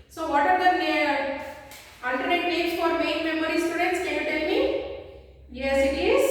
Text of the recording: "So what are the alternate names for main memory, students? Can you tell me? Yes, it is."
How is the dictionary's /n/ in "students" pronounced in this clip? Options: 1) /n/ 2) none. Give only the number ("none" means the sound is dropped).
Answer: 1